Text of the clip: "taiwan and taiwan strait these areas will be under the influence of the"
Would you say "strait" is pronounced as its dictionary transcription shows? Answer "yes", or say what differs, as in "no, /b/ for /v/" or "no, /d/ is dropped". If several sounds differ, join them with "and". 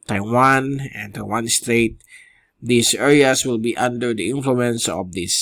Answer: yes